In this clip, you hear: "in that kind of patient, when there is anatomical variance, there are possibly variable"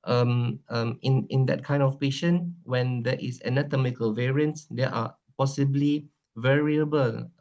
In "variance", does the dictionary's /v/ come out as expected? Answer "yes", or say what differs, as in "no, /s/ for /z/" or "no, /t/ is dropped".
yes